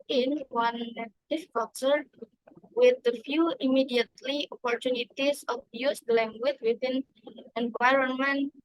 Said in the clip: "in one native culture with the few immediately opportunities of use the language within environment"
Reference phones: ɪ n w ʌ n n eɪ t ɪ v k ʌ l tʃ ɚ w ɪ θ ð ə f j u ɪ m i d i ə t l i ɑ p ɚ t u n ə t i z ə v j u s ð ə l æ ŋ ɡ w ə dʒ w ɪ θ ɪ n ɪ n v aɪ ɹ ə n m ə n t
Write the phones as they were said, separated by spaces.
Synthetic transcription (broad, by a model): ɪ n w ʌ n n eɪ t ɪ f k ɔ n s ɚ w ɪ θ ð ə f j u ɪ m i d i ə t l i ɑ p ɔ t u n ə t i s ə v j u s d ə l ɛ ŋ ɡ w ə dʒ w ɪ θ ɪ n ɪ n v aɪ ɹ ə n m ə n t